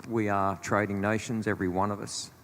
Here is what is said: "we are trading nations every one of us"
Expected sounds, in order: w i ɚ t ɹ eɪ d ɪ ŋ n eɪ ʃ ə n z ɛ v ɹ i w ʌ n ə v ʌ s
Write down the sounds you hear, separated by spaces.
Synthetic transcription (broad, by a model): w i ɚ t ɹ eɪ d ɪ ŋ n eɪ ʃ ə n z ɛ v ɹ i w ʌ n ə v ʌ s